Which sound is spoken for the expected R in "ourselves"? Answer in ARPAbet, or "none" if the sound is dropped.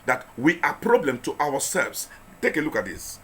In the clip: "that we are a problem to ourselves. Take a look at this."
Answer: W